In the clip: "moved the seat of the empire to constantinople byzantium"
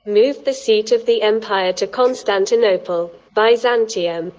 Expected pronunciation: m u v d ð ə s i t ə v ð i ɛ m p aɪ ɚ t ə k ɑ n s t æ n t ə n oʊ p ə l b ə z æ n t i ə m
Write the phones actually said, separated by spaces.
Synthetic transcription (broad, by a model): m u v ð ə s i t ə v ð i ɛ m p aɪ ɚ t ə k ɑ n s t æ n t ə n oʊ p ə l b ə z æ n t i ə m